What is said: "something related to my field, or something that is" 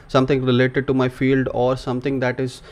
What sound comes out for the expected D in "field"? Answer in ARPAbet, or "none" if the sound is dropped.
D